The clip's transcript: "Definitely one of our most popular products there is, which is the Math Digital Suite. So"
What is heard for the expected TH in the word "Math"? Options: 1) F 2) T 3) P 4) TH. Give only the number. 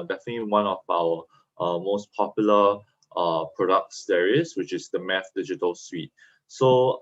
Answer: 1